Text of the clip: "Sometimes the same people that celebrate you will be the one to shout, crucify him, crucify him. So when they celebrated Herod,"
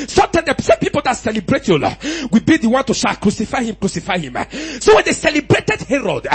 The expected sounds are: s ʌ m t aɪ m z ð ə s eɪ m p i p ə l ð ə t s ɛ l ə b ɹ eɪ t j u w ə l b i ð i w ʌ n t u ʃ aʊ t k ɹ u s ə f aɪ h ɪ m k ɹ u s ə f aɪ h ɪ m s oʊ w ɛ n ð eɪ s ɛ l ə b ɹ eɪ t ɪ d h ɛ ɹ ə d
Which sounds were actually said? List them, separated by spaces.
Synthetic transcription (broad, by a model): s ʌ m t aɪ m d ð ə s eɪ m p i p ə l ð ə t s ɛ l ə b ɹ eɪ t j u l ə w b i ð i w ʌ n t u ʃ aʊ k ɹ u s ə f aɪ h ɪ m k ɹ u s ə f aɪ h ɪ m s oʊ w ɛ n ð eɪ s ɛ l ə b ɹ eɪ t ɪ d h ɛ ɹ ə d